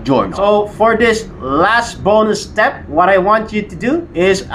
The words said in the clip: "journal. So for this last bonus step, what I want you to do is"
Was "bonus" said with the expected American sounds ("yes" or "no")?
no